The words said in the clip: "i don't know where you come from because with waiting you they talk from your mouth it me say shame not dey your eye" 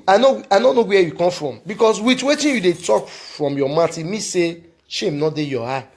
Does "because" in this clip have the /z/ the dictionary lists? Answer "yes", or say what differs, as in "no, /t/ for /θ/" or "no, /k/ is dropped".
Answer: no, /s/ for /z/